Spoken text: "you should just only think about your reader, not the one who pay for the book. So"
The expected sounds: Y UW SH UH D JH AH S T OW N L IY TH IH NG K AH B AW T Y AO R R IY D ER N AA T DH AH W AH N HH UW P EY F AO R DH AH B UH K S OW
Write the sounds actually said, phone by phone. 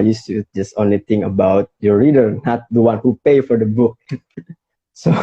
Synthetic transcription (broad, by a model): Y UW S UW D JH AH S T OW N L IY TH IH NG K AH B AW T Y AO R R IY D ER N AA T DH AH W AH N HH UW P EY F AO R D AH B UH K S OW